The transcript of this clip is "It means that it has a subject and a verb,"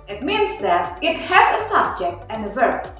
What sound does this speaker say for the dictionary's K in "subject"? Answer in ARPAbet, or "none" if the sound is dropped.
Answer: K